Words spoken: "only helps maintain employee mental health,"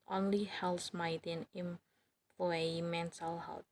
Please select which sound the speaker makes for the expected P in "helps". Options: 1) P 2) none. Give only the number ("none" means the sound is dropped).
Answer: 2